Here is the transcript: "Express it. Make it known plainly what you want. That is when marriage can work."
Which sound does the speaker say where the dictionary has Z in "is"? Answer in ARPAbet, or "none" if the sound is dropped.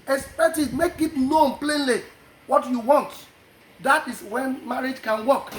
S